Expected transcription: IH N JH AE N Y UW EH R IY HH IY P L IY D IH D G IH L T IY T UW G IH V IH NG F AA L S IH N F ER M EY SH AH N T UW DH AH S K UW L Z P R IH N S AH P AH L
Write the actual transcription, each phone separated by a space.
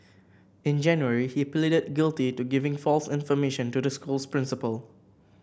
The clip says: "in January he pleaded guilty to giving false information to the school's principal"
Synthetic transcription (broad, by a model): IH N JH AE N Y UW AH R IY HH IY P L IY D IH D G IH L T IY T UW G IH V IH NG F AA L S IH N F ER M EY SH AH N T UW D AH S K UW L S P R IH N S AH P AH L